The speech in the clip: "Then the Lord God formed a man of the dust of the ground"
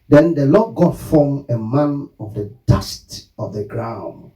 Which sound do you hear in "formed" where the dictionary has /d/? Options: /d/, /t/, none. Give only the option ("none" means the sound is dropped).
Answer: none